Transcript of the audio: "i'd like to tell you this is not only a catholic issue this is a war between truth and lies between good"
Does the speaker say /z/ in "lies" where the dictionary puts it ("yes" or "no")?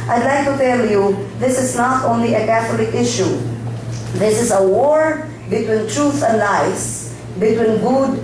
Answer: no